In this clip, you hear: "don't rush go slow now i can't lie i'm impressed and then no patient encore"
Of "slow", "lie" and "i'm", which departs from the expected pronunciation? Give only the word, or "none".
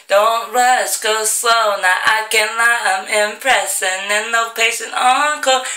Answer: slow